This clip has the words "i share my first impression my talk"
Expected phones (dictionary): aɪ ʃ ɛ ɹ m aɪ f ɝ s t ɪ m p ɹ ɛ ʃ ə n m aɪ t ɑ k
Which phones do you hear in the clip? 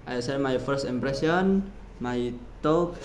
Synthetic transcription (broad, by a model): aɪ s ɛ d m aɪ f ɝ s t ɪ m p ɹ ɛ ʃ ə n m aɪ t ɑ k